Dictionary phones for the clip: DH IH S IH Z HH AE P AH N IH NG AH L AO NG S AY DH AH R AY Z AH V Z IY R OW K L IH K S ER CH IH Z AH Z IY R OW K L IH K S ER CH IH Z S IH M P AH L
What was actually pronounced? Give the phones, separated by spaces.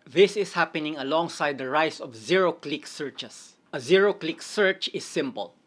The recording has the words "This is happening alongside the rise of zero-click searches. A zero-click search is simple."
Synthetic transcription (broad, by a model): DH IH S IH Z HH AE P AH N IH NG AH L AO NG S AY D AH R AY S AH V Z IY R OW K L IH K S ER CH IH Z AH Z IY R OW K L IH K S ER CH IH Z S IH M P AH L